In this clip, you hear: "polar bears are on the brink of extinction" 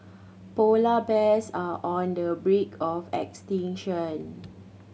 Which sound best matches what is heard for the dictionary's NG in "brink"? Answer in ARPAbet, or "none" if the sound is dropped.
none